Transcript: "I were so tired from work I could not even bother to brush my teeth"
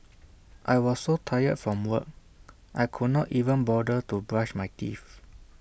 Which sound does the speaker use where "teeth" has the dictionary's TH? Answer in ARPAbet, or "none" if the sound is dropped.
F